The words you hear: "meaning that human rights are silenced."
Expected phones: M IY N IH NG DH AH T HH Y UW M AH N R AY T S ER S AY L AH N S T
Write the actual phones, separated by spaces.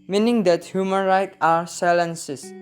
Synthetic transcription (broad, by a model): M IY N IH NG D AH T HH Y UW M AH N R AY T AA S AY L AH N S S